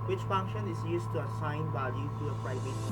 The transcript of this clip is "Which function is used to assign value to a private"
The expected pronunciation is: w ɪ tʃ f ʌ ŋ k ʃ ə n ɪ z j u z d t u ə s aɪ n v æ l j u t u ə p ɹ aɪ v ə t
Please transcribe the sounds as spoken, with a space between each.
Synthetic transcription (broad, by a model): w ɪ tʃ f ʌ ŋ k ʃ ə n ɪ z j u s t u ə s aɪ n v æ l j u t u ə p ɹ aɪ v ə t